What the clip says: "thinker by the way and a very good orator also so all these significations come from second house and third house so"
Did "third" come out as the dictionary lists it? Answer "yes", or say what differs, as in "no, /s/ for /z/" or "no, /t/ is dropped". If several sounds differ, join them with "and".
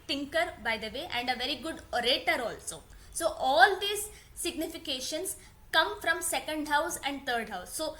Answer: no, /t/ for /θ/